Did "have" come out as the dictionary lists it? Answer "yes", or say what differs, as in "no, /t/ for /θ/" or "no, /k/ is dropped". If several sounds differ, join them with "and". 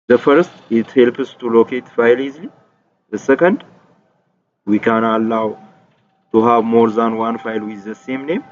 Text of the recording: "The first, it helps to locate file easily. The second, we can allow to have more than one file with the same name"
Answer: no, /b/ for /v/